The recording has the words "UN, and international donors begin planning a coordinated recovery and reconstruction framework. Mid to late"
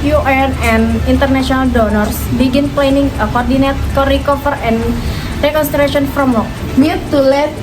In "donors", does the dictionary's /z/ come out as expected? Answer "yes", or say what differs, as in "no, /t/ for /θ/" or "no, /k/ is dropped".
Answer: no, /s/ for /z/